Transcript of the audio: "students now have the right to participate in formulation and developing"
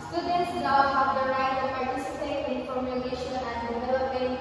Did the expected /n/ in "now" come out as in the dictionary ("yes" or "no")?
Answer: no